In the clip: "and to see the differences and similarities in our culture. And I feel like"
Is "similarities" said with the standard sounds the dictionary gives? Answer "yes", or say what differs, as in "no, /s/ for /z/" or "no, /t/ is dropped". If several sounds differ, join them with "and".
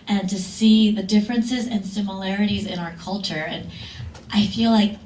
yes